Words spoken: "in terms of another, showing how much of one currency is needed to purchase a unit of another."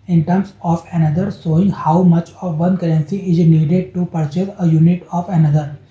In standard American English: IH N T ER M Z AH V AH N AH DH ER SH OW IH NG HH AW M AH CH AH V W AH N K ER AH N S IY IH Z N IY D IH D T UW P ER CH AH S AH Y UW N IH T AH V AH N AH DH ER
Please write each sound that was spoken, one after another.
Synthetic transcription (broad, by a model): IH N T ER M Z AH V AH N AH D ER S OW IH NG HH AW M AH CH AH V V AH N K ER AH N S IY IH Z N IY D IH D T UW P ER CH AH S AH Y UW N IH T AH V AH N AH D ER